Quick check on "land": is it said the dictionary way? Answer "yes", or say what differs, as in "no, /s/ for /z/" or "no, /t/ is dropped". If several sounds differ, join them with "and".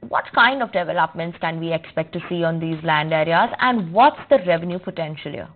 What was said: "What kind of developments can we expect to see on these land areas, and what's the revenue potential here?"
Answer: yes